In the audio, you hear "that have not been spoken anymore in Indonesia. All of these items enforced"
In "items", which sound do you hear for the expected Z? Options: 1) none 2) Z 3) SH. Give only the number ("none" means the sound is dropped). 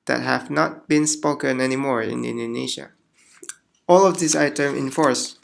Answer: 1